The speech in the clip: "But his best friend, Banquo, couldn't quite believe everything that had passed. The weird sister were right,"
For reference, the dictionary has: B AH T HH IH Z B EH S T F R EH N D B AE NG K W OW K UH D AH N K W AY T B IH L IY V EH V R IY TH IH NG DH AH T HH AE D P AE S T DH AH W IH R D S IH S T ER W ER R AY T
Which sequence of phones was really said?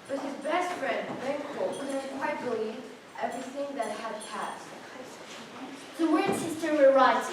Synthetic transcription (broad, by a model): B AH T HH IH Z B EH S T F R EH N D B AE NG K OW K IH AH K W AY T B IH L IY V EH V R IY TH IH NG DH AH T HH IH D P AE S T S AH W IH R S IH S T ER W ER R AY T